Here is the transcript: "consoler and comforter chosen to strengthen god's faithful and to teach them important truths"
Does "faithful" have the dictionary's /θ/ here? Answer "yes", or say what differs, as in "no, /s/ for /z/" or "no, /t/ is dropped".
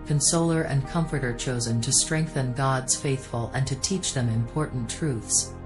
yes